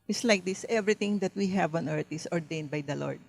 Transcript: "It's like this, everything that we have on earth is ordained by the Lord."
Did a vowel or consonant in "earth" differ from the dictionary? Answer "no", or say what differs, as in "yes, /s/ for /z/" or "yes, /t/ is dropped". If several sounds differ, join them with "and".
yes, /t/ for /θ/